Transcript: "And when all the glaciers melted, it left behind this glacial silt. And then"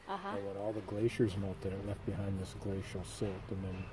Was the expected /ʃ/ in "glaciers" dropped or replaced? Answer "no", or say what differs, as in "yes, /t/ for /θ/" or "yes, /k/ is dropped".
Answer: no